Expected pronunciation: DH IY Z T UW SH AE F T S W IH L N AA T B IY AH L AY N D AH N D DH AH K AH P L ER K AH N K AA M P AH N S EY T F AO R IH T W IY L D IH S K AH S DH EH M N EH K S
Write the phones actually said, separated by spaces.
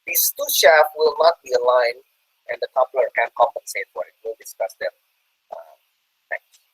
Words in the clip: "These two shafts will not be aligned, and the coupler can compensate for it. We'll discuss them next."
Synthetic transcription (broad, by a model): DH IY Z T UW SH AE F W IH L N AA T B IY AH L AY N AH N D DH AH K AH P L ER K AH N K AA M P AH N S EY T F AO R IH T W IY L D IH S K AH S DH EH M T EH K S